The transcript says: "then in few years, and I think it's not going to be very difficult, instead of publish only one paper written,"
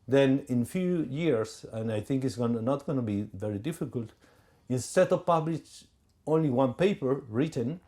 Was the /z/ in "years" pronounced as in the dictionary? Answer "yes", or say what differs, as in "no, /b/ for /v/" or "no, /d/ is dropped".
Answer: no, /s/ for /z/